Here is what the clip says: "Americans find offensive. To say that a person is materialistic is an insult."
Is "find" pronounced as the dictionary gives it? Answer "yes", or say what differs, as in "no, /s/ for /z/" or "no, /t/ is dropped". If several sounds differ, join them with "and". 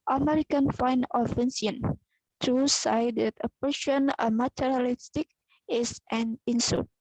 no, /d/ is dropped